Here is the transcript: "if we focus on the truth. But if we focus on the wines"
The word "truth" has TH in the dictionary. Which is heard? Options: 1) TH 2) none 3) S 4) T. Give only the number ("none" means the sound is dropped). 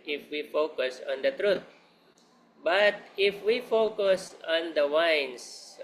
4